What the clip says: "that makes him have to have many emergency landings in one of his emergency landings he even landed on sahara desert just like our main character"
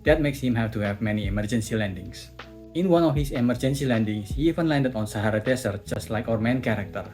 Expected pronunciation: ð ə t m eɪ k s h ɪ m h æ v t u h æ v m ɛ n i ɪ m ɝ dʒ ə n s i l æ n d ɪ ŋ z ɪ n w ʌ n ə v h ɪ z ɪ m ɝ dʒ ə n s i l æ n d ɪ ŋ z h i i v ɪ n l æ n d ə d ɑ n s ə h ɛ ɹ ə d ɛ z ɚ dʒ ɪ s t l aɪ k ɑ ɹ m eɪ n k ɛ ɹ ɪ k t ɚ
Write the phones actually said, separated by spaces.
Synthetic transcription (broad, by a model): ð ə t m eɪ k s h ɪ m h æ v t u h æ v m ɛ n i ɪ m ɝ dʒ ə n s i l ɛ n d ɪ ŋ s ɪ n w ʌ n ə f h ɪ s ɪ m ɝ dʒ ə n s i l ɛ n d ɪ ŋ s h i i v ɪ n l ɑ n d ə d ɑ n s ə h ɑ ɹ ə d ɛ s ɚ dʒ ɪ s t l aɪ k ɑ ɹ m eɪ n k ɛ ɹ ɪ k t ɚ